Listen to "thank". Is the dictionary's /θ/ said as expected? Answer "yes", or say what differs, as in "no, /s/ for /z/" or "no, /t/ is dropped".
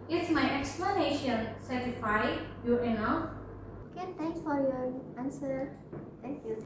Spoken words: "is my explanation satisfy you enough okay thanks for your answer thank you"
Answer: no, /t/ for /θ/